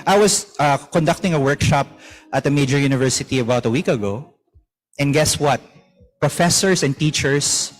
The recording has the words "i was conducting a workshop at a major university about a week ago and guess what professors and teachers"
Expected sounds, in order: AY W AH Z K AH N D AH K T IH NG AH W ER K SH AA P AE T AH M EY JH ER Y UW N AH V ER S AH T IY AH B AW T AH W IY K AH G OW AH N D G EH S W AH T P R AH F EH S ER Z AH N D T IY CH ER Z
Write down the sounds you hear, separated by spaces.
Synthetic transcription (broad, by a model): AY W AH S K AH N D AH K T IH NG AH W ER K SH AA P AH T AH M EY JH ER Y UW N AH V ER S AH T IY AH B AW T AH W IY K AH G OW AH N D G EH S W AH T P R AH F EH S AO S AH N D T IY CH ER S